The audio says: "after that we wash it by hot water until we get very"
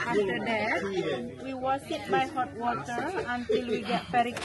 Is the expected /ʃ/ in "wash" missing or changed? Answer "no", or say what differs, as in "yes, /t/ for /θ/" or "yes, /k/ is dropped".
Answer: yes, /s/ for /ʃ/